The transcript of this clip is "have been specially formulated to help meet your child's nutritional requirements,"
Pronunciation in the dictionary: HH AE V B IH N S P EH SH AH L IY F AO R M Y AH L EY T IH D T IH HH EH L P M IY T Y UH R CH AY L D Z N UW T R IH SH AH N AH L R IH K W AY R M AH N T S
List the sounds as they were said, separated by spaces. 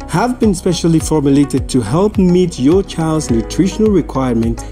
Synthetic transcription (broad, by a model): HH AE V B IH N S P EH SH AH L IY F AO R M Y AH L EY T IH D T IH HH EH L P M IY T Y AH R CH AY L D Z N UW T R IH SH AH N AH L R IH K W AY R M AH N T